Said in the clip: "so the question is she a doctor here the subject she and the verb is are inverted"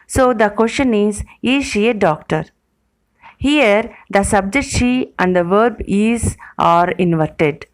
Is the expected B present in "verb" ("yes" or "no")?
yes